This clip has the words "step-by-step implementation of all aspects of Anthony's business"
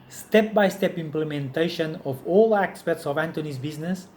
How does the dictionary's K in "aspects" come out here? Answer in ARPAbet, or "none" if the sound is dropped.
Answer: none